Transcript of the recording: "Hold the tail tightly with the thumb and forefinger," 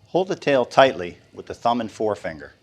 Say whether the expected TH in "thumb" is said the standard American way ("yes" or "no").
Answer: yes